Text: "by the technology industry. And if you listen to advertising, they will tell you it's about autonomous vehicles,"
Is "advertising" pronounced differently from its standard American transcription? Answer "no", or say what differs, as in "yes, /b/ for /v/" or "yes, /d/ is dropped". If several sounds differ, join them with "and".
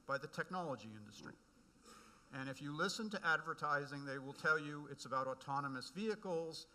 no